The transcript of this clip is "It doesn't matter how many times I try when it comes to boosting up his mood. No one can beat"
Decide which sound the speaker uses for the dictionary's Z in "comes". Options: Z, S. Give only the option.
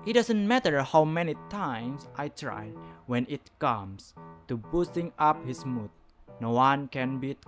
S